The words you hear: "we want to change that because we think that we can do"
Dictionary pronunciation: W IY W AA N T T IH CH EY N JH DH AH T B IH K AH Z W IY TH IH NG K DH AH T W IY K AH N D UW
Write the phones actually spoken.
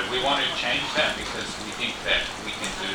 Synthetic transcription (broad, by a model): W IY W AA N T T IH CH EY N JH DH AH T B IH K AH Z W IY TH IH NG K DH AH T W IY K AH N D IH